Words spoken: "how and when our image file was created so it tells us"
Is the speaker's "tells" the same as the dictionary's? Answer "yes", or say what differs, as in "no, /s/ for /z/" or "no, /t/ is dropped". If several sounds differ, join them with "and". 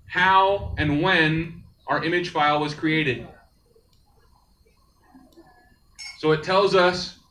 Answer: yes